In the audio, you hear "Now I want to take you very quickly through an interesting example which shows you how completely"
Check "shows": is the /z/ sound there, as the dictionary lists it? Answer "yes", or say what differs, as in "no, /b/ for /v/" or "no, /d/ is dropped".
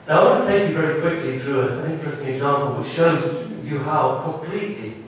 yes